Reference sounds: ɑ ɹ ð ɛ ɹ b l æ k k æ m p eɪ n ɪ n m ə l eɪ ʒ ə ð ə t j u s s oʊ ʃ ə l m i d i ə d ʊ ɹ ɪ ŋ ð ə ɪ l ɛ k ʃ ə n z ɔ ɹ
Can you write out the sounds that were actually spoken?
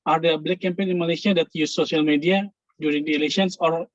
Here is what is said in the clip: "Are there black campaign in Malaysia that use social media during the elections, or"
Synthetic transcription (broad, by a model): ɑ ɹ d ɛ b l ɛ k k æ m p eɪ n ɪ n m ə l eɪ s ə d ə t j u s s oʊ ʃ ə l m i d i ə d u ɹ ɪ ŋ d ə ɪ l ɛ ʃ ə n s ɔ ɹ